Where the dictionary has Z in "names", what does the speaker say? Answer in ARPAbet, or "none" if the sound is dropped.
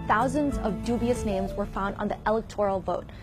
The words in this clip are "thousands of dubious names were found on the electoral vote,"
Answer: Z